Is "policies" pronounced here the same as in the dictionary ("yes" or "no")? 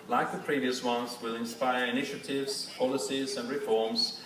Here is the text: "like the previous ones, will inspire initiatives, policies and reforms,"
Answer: yes